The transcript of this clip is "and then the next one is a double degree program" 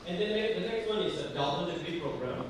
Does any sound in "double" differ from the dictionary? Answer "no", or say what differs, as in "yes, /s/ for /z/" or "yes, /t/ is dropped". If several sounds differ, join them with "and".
yes, /n/ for /l/